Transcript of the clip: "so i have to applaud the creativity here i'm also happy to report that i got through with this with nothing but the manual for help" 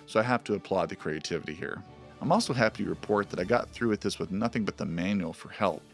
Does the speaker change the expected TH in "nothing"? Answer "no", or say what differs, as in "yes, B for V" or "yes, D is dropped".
no